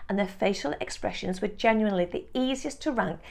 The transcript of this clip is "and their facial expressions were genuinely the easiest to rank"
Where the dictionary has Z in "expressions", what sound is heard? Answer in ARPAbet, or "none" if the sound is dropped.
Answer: Z